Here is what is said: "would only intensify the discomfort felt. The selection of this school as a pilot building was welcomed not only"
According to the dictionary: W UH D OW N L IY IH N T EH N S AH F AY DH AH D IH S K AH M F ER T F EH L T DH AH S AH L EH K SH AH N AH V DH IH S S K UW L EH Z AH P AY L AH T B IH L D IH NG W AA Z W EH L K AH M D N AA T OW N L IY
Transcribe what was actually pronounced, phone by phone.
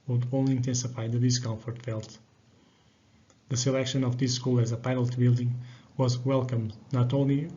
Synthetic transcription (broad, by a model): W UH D OW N L IY IH N T EH N S AH F AY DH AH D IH S K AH M F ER T F EH L T DH AH S AH L EH K SH AH N AH V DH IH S S K UW L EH Z AH P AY N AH T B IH L D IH NG W AA Z W EH L K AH M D N AA T OW N L IY